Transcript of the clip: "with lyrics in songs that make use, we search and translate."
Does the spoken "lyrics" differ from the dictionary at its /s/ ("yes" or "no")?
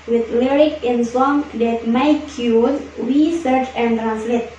yes